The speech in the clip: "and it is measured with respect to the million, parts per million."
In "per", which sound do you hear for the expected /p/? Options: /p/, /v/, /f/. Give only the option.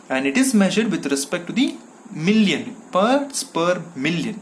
/p/